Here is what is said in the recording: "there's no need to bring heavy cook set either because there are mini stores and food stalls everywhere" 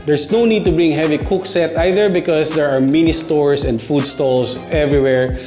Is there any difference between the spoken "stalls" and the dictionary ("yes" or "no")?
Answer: yes